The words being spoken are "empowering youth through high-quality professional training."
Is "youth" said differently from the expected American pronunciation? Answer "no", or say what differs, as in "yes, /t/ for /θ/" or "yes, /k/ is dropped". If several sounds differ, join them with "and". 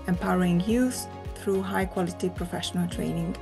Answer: yes, /s/ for /θ/